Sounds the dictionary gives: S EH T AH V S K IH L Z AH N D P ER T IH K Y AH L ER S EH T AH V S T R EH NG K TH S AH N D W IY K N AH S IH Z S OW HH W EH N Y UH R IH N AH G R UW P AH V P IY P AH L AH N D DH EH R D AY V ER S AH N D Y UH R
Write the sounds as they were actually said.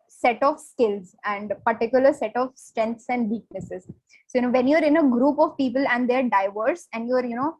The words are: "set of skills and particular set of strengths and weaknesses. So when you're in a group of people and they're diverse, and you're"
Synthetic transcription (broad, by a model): S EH T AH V S K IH L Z AH N D P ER T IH K Y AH L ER S EH T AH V S T R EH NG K T S AH N D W IY K N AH S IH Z S OW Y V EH N Y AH R IH N AH G R UW P AH V P IY P AH L AH N D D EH R D AY V ER S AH N D Y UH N